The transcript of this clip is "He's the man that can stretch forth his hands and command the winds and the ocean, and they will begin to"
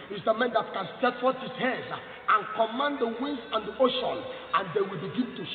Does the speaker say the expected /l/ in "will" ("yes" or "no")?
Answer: yes